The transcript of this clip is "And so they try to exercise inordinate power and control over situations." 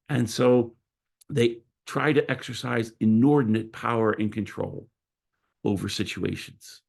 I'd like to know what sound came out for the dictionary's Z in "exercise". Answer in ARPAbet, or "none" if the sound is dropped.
Z